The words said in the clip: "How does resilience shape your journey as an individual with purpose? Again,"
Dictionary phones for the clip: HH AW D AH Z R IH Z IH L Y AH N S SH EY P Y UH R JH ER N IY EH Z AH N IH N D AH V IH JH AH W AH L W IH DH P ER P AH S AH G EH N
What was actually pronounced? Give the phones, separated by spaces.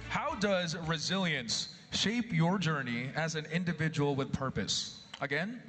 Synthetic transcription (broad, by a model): HH AW D AH Z R IH Z IH L Y AH N S SH EY P Y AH R JH ER N IY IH Z AH N IH N D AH V IH JH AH W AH L W IH DH P ER P AH S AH G EH N